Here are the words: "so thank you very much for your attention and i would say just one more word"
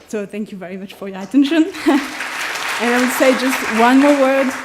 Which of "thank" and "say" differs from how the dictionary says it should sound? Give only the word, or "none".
none